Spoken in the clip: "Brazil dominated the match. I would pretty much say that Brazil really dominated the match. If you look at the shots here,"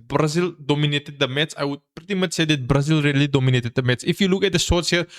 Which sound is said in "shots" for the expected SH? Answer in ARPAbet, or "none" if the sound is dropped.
S